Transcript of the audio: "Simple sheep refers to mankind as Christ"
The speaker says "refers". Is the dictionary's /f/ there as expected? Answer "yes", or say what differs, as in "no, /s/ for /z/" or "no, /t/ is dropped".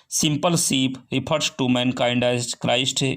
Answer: no, /p/ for /f/